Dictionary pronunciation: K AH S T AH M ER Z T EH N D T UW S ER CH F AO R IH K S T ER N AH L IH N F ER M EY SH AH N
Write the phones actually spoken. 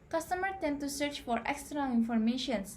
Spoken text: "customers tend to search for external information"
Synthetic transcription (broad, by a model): K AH S T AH M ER T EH N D T UW S ER CH F AO R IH K S T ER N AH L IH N F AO M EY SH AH N